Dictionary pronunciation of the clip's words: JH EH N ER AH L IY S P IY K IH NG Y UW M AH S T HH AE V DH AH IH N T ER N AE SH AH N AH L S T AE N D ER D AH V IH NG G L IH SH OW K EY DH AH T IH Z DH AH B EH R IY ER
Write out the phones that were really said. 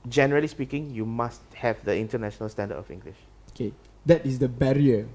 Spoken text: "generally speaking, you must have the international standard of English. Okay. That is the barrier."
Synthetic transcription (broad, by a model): JH EH N ER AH L IY S P IY K IH NG Y UW M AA S T HH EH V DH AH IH N T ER N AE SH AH N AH L S T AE N D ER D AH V IH NG G L IH SH OW K EY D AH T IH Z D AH B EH R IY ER